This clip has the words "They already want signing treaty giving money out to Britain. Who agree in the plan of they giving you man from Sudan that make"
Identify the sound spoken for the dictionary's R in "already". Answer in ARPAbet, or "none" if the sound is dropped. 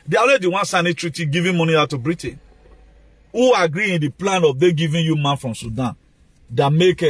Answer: none